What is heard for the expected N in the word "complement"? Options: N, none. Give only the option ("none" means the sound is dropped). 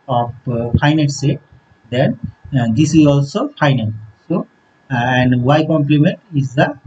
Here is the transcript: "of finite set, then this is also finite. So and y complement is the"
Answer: N